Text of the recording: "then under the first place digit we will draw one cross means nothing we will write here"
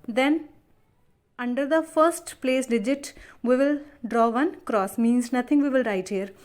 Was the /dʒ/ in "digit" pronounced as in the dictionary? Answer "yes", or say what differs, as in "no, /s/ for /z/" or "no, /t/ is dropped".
yes